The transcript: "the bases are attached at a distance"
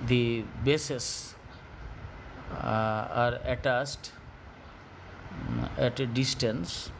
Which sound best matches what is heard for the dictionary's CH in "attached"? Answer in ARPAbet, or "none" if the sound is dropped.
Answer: S